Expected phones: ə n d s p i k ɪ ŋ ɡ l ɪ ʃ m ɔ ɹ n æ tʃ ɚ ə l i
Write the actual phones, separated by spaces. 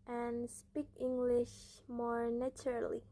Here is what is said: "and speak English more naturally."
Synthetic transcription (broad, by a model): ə n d s p i k ɪ ŋ ɡ l ɪ ʃ m ɔ ɹ n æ tʃ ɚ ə l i